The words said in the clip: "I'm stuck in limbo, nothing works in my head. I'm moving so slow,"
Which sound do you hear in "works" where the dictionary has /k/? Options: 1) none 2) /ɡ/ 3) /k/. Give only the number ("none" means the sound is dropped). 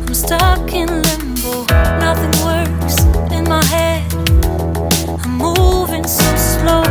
1